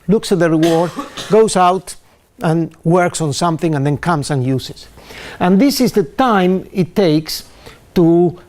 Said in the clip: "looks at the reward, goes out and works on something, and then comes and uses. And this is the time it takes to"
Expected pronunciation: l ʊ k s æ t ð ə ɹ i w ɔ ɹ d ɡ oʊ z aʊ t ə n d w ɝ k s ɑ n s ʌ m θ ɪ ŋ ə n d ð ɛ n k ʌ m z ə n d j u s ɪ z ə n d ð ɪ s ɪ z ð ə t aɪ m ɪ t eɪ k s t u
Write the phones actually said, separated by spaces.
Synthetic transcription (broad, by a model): l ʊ k s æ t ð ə ɹ i w ɔ ɹ d ɡ oʊ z aʊ t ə n w ɝ k s ɑ n s ʌ m θ ɪ ŋ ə n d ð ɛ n k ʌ m s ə n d j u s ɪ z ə n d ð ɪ s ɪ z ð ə t aɪ m ɪ t eɪ k s t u